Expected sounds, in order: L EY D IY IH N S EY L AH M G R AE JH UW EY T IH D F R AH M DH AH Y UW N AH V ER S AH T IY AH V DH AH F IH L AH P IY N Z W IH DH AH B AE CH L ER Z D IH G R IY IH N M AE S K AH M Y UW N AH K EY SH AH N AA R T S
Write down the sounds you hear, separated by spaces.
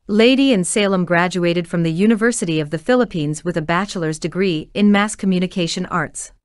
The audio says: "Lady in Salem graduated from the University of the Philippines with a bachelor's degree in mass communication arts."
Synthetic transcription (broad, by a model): L EY D IY IH N S EY L AH M G R AE JH UW EY T IH D F R AH M DH AH Y UW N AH V ER S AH T IY AH V DH AH F IH L AH P IY N Z W IH DH AH B AE CH L ER Z D IH G R IY IH N M AE S K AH M Y UW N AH K EY SH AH N AA R T S